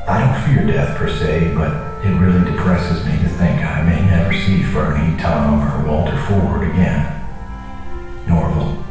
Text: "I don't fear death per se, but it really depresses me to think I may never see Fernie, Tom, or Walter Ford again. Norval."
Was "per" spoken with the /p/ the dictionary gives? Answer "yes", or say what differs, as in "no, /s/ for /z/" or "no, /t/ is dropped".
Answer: yes